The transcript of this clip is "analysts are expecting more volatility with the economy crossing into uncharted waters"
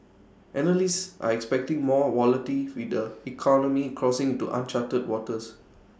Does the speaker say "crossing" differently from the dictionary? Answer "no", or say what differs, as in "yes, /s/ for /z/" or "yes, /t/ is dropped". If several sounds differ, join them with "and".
no